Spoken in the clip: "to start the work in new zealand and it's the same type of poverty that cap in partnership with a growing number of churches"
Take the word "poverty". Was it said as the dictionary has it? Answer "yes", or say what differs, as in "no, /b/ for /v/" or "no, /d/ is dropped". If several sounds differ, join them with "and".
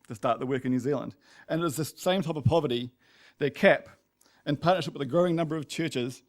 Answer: yes